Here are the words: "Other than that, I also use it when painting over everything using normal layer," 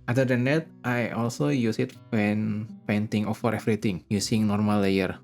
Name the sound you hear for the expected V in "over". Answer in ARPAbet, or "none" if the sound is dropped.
F